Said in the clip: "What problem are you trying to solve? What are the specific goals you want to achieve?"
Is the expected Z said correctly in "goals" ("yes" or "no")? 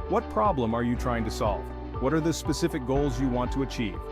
yes